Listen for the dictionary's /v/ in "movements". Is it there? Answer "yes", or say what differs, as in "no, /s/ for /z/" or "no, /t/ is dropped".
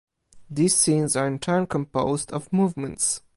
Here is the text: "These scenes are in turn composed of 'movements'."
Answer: yes